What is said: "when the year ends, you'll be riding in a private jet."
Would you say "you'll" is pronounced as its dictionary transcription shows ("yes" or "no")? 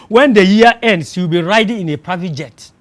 no